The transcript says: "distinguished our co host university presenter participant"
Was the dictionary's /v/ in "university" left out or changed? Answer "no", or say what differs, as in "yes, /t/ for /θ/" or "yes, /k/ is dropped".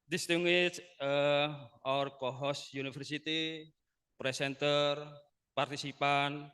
yes, /f/ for /v/